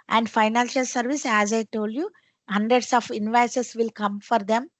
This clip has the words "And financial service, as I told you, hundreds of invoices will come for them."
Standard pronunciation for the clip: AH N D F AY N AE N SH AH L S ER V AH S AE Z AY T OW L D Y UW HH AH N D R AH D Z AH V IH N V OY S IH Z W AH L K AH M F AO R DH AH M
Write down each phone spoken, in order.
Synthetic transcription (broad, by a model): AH N D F AY N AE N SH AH L S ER V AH S AE Z AY T OW L D Y UW HH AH N D R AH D S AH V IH N V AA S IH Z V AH L K AH M F AO R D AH M